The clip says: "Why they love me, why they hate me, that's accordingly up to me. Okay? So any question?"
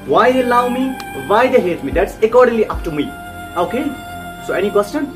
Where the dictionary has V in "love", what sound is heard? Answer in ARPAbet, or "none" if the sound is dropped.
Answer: W